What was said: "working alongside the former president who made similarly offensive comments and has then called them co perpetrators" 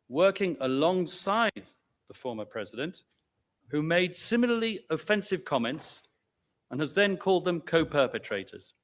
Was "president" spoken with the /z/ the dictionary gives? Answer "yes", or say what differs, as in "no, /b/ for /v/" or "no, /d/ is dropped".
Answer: yes